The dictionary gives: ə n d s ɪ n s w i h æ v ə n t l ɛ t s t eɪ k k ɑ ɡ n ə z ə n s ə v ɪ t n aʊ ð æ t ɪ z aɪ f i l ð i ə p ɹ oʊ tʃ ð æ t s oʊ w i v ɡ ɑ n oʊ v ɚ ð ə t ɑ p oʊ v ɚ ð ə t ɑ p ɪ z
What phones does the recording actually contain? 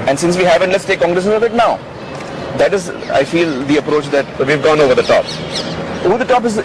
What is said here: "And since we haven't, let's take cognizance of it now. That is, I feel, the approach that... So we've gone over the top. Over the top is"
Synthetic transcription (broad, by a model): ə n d s ɪ n s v i h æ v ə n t l ɛ t s t eɪ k k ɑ ɡ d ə s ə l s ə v ɪ t n aʊ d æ t ɪ z aɪ f i l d i ə p ɹ oʊ tʃ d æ t s oʊ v i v ɡ ɑ n oʊ v ɚ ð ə t ɑ p oʊ v ɚ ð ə t ɑ p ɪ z